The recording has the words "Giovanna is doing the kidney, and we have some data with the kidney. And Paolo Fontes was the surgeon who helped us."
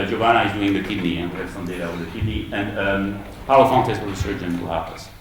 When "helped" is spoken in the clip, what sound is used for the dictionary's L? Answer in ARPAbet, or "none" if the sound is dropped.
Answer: none